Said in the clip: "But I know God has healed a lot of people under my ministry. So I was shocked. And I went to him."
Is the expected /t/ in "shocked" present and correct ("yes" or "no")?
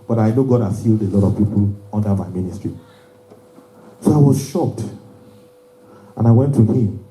yes